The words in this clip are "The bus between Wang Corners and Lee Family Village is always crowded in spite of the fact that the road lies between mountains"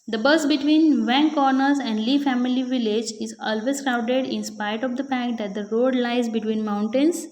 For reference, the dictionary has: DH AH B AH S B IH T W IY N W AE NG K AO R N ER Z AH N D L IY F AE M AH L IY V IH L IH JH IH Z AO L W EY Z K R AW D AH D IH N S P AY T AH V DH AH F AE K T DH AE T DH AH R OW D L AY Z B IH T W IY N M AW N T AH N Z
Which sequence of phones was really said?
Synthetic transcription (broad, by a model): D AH B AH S B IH T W IY N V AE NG K AO R N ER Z AH N D L IY F AE M AH L IY V IH L IH JH IH Z AO L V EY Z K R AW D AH D IH N S P AY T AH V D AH P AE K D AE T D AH R OW D L AY Z B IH T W IY N M AW N T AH N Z